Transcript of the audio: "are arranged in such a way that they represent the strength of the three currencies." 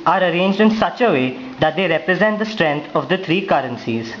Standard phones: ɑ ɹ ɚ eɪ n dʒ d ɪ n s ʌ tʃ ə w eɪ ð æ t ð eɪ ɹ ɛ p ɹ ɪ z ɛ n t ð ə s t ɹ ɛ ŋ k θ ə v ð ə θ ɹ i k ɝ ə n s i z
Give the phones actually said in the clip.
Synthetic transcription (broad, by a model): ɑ ɹ ɚ eɪ n dʒ d ɪ n s ʌ tʃ ə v eɪ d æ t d eɪ ɹ ɛ p ɹ ɪ z ɛ n t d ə s t ɹ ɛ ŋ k t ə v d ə t ɹ i k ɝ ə n s i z